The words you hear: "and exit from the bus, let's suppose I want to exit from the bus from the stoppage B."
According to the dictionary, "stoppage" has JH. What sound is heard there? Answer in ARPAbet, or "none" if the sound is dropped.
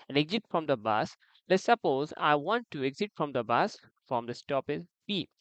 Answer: Z